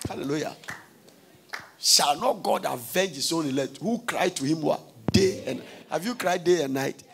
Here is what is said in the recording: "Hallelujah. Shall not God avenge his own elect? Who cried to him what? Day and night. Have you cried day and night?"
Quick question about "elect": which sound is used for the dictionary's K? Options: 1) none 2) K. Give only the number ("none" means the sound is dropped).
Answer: 1